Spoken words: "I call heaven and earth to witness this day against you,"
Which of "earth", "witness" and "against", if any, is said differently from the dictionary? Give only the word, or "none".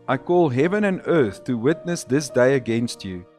none